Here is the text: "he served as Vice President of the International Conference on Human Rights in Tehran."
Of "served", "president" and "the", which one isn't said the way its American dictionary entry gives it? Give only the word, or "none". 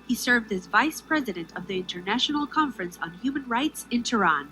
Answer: none